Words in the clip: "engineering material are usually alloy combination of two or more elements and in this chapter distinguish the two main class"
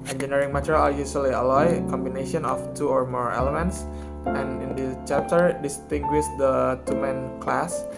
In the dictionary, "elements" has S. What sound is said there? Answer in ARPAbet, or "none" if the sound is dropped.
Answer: S